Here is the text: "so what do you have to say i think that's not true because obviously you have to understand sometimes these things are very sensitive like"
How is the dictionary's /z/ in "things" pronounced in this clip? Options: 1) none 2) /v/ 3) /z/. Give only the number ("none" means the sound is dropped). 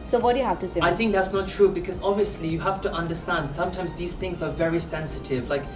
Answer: 3